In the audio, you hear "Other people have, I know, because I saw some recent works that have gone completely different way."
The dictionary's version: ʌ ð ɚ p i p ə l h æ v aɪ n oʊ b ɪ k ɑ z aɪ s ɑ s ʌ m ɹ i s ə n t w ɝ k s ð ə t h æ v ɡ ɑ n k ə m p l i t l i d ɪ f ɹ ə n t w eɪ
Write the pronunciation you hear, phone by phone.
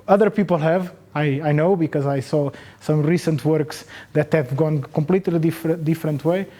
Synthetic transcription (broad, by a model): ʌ ð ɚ p i p ə l h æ v aɪ n oʊ b ɪ k ɑ z aɪ s ɑ s ʌ m ɹ i s ə n t w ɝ k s ð ə t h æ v ɡ ɑ n k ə m p l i t l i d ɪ f ɹ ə n t w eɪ